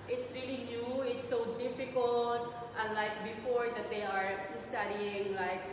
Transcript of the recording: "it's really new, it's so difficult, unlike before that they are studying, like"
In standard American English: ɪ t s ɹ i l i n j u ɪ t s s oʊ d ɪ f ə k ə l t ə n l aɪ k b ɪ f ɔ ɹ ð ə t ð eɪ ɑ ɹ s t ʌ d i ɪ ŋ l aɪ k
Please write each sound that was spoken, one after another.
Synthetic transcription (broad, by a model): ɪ t s ɹ i l i n j u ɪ t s s oʊ d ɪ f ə k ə l t ə n l aɪ k b ɪ f ɔ ɹ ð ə t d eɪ ɑ ɹ s t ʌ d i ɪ ŋ l aɪ k